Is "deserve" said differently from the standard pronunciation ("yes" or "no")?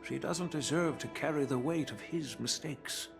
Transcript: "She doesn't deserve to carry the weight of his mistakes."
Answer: no